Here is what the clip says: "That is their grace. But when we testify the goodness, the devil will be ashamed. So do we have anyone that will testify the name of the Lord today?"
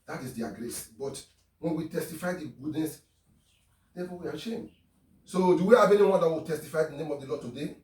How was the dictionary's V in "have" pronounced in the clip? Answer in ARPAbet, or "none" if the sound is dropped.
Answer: B